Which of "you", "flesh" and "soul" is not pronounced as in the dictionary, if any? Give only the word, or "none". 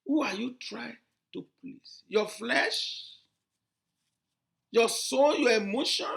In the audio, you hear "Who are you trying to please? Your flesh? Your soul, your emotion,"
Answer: soul